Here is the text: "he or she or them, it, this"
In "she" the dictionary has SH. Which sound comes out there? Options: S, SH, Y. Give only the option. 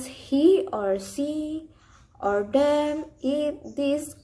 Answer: S